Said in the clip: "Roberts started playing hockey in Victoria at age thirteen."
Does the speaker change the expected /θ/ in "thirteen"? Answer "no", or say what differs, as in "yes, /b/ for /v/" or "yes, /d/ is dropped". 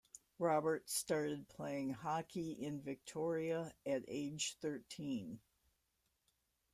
no